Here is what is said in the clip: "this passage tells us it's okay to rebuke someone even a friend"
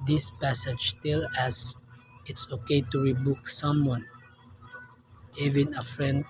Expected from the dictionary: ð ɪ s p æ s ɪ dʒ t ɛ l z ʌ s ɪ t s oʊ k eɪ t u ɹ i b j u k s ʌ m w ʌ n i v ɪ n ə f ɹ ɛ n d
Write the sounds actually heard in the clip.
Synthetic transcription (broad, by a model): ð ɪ s p æ s ɪ dʒ t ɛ l ʌ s ɪ t s oʊ k eɪ t u ɹ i b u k s ʌ m w ʌ n i v ɪ n ə f ɹ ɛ n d